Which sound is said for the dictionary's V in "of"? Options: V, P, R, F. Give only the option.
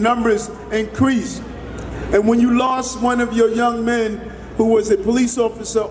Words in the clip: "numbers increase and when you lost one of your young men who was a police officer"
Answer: V